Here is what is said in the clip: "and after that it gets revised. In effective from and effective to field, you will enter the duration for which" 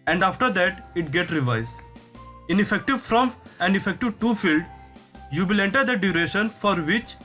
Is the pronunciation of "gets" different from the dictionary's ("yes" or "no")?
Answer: yes